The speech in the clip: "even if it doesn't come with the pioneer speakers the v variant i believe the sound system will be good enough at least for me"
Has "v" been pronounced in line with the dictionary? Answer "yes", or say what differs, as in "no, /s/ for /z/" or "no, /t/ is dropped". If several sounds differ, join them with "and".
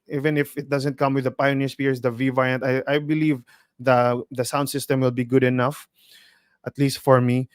yes